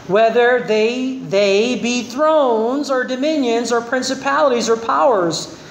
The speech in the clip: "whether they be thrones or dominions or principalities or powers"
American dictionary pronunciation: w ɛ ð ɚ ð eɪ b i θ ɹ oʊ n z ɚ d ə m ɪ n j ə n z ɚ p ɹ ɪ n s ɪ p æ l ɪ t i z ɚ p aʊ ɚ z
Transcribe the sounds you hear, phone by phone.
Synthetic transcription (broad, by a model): w ɛ ð ɚ ð eɪ b i θ ɹ oʊ n z ɚ d ə m ɪ n j ə n z ɚ p ɹ ɪ n s ɪ p æ l ɪ t i z ɚ p aʊ ɚ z